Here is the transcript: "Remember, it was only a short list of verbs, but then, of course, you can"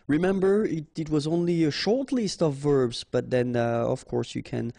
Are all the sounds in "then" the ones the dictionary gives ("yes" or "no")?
yes